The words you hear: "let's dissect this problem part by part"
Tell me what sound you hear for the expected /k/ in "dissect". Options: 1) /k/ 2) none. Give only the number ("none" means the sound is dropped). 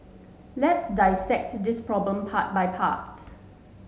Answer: 1